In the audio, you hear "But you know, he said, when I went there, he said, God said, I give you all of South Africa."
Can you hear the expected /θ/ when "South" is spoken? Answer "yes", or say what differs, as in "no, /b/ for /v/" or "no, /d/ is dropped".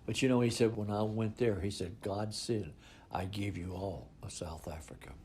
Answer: yes